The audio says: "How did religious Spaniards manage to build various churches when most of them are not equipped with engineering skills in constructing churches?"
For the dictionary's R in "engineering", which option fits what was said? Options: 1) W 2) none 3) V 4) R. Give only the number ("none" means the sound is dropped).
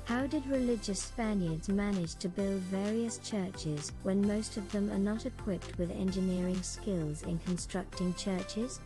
4